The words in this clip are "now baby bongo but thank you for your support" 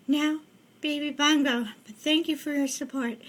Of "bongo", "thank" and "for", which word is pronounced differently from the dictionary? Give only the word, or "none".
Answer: none